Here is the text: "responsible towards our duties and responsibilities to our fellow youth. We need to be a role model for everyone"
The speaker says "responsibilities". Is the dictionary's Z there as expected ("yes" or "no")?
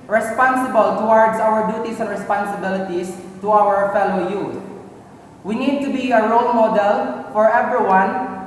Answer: no